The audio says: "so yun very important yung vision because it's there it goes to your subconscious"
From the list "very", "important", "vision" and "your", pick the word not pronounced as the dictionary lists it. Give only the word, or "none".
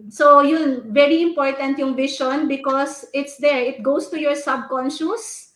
vision